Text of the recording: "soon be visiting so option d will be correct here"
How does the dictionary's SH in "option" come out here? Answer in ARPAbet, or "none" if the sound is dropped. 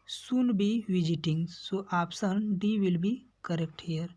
S